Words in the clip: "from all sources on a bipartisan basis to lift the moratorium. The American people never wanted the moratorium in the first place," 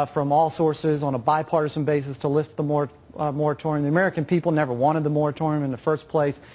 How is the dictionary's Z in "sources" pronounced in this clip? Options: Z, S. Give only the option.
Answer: Z